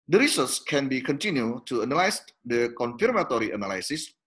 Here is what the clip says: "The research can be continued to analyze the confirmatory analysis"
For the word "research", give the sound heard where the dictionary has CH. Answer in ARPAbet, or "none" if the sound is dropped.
S